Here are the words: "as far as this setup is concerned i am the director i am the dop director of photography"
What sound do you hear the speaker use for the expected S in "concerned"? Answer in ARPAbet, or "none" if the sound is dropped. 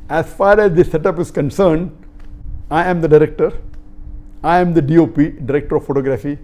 S